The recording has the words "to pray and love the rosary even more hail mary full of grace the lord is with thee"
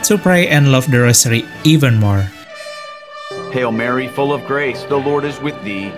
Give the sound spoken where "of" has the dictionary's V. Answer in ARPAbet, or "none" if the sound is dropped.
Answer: V